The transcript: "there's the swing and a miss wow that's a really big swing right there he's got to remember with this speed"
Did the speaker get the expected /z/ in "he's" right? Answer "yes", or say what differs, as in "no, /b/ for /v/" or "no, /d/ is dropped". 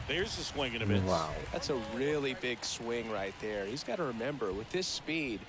yes